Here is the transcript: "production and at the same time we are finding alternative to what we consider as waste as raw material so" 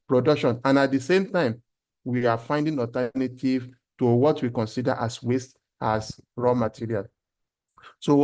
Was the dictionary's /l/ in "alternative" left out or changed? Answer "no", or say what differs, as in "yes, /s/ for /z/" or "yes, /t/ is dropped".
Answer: yes, /l/ is dropped